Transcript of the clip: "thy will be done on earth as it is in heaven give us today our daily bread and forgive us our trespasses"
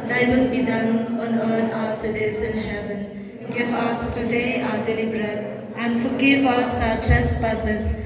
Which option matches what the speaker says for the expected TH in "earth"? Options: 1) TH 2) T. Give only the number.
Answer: 2